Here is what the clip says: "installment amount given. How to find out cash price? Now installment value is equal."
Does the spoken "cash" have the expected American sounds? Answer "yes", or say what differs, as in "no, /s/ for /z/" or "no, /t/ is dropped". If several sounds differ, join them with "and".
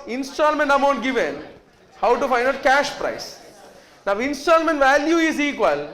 yes